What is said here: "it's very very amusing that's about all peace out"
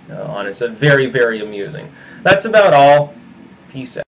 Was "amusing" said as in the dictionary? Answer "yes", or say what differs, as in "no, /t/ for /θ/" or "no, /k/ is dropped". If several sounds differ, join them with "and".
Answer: yes